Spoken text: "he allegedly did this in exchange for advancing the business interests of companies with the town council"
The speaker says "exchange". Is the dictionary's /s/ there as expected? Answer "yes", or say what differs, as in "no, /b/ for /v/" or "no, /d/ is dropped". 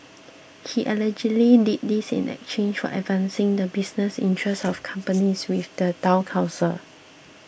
no, /s/ is dropped